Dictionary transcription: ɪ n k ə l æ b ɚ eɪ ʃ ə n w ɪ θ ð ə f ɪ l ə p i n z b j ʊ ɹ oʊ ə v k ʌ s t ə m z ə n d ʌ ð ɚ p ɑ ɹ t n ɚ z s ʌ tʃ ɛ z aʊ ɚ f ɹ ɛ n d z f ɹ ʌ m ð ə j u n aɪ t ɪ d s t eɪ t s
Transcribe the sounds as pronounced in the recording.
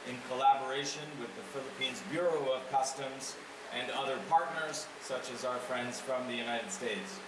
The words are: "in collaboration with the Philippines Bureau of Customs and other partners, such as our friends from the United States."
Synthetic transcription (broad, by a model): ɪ n k ə l æ b ɚ eɪ ʃ ə n w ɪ ð ə f ɪ l ə p i n z b j ʊ ɹ oʊ ə v k ʌ s t ə m z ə n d ʌ ð ɚ p ɑ ɹ t n ɚ z s ʌ tʃ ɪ z aʊ ɚ f ɹ ɛ n d z f ɹ ʌ m ð ə j u n aɪ t ɪ d s t eɪ t s